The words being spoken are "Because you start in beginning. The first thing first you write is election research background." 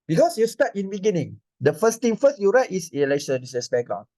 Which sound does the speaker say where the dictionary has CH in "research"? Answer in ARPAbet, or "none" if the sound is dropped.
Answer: S